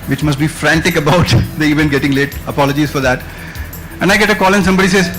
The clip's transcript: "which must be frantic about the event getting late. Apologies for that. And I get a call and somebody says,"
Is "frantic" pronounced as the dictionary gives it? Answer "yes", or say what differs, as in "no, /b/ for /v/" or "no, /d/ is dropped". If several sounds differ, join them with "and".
yes